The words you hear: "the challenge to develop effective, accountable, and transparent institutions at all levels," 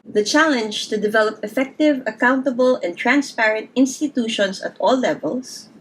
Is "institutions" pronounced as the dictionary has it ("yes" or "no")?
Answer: no